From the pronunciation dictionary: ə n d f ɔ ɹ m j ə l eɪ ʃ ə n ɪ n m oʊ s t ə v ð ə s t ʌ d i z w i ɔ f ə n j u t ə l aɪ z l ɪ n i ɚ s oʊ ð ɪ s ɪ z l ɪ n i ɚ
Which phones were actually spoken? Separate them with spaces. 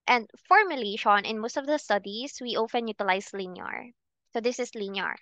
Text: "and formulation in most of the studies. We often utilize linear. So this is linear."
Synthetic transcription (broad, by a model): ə n d f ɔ ɹ m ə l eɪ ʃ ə n ɪ n m oʊ s t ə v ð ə s t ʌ d i s w i ɔ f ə n j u t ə l aɪ s l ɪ n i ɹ s oʊ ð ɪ s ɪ s l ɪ n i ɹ